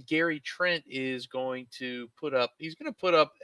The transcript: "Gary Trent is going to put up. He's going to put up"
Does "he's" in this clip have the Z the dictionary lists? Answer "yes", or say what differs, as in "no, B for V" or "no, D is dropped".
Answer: yes